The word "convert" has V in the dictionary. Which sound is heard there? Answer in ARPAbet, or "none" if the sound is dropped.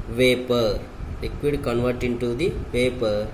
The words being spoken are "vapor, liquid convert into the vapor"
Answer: V